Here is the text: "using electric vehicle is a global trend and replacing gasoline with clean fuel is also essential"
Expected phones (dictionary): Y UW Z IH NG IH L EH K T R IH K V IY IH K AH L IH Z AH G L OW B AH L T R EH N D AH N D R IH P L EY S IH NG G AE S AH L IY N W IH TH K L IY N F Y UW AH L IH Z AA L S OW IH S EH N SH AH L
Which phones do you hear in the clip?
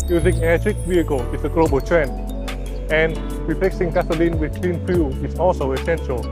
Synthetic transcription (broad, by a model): Y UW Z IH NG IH N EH T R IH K W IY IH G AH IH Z AH G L OW B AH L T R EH N AH N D R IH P L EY S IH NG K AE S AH L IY N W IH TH K L IY N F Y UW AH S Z AA L S OW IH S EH N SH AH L